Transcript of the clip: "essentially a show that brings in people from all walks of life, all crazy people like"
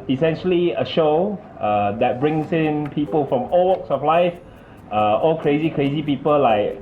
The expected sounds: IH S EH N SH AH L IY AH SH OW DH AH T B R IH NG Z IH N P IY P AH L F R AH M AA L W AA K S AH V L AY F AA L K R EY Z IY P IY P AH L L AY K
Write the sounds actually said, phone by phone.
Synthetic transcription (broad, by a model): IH S EH N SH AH L IY AH SH OW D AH T B R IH NG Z IH N P IY P AH L F R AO M AA L W AA K S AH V L AY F AA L K R EY Z IY P IY P AH L L AY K